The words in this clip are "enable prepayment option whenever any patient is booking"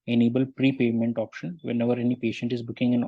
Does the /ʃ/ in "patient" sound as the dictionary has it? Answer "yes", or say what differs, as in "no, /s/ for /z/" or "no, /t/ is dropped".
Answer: yes